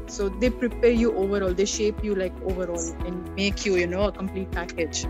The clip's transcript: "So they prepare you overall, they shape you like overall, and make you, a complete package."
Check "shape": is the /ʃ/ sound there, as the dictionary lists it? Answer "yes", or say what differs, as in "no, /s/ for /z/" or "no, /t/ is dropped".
yes